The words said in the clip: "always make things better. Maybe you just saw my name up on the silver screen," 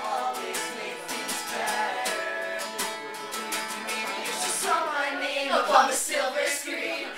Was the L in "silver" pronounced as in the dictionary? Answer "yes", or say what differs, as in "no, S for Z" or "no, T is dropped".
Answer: yes